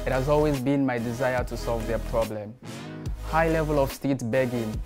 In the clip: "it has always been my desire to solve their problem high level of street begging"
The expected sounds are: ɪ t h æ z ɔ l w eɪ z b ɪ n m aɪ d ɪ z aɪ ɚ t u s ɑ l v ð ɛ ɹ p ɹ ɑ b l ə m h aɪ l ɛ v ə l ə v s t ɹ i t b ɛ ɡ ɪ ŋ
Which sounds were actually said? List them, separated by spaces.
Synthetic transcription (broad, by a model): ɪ t h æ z ɔ l w eɪ z b ɪ n m aɪ d ɪ z aɪ ɚ t u s ɑ l v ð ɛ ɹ p ɹ ɑ b l ə m h aɪ l ɛ v ə l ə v s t i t b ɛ ɡ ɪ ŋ